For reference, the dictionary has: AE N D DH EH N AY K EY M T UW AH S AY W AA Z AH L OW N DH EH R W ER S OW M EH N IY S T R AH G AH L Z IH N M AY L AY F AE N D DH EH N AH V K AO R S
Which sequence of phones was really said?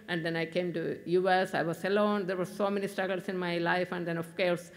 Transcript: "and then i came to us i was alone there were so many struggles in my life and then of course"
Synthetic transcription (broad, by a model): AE N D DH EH N AY K EY M T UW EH S AY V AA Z AH L OW N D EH R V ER S OW M EH N IY S T AH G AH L S IH N M AY L AY F AE N D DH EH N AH F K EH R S